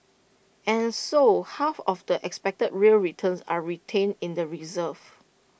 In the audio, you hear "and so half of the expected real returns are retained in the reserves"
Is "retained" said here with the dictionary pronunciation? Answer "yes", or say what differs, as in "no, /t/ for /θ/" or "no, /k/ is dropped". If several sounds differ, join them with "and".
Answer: no, /d/ is dropped